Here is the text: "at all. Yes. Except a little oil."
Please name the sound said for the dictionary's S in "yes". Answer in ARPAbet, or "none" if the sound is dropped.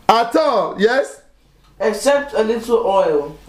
S